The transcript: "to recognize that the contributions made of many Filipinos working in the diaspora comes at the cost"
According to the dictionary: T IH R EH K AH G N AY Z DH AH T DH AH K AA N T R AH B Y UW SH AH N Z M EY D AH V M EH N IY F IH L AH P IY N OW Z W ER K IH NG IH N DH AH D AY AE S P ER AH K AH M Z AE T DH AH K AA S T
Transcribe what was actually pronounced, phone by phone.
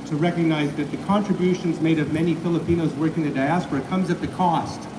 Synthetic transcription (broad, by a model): T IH R EH K AH G N AY Z DH AH T DH AH K AA N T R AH B Y UW SH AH N Z M EY D AH V M EH N IY F IH L AH P IY N OW Z W ER K IH NG DH AH D AY AE S P ER AH K AH M Z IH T DH AH K AA S T